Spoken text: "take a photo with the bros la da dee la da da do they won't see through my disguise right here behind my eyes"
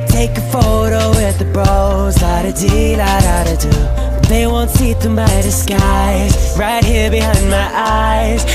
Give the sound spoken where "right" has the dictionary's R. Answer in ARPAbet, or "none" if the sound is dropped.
R